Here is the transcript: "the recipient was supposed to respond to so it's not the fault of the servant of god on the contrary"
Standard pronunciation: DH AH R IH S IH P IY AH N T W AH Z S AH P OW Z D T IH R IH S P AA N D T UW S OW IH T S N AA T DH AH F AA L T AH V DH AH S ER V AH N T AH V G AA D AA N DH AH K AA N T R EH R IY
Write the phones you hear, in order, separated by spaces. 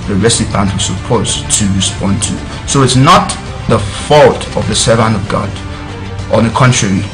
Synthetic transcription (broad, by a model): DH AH R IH S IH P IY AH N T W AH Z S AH P OW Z T IH R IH S P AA N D T UW S OW IH T S N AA T DH AH F AA L T AH V DH AH S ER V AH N AH V G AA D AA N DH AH K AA N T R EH R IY